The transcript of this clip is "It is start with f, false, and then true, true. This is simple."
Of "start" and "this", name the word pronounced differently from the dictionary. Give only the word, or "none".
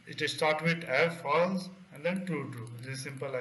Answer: this